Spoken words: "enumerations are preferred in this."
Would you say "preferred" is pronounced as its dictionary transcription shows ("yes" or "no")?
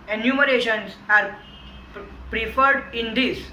yes